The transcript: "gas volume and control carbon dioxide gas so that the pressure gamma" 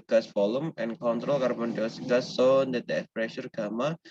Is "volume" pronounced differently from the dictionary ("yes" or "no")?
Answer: yes